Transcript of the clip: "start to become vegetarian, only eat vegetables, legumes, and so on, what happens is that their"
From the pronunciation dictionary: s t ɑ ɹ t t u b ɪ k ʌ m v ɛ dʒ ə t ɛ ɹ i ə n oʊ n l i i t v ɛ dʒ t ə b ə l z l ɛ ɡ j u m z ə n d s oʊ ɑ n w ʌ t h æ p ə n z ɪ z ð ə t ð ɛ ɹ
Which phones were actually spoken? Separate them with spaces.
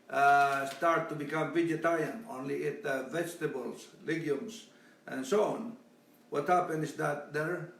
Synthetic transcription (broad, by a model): s t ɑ ɹ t t u b ɪ k ʌ m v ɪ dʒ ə t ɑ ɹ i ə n oʊ n l i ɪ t v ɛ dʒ t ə b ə l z l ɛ ɡ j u m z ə n s oʊ ɑ n w ʌ t h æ p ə n ɪ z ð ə t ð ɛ ɹ